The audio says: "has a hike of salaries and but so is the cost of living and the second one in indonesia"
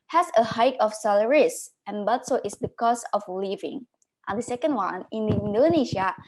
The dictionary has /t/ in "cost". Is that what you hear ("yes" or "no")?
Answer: no